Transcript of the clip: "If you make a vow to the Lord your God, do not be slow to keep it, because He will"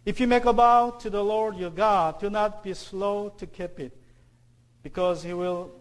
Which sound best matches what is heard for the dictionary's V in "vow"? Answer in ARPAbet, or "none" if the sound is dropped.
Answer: B